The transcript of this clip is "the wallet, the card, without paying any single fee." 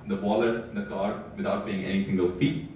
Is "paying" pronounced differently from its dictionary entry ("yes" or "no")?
yes